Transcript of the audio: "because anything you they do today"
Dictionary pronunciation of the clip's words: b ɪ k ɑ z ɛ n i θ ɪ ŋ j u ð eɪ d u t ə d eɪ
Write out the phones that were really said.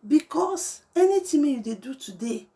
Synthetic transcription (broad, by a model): b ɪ k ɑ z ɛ n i t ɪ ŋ j u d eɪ d u t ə d eɪ